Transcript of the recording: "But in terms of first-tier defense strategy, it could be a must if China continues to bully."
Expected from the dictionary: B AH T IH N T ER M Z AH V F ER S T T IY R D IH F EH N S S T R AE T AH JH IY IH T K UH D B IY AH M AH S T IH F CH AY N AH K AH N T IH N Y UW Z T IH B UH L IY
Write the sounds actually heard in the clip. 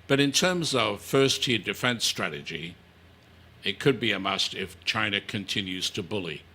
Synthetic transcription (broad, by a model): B AH T IH N T ER M Z AH V F ER S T T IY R D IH F EH N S S T R AE T AH JH IY IH T K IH D B IY AH M AH S T IH F CH AY N AH K AH N T IH N Y UW Z T IH B UH L IY